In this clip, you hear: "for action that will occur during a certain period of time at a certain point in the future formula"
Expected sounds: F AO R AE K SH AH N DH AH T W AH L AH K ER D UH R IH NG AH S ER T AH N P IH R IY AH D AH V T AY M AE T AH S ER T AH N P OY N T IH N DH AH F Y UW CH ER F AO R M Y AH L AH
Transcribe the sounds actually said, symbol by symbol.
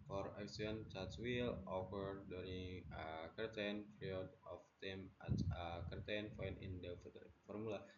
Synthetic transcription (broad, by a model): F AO R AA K S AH N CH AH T W AH L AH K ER D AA R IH AH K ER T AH N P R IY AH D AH F T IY M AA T AH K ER T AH N F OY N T IH N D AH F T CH F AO R M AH L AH